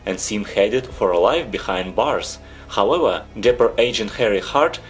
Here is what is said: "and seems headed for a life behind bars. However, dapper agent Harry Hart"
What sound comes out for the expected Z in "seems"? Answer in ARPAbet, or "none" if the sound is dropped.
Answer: none